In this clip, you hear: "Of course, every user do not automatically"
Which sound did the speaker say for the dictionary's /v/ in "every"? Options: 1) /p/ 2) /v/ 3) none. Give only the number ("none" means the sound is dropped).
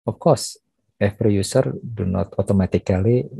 1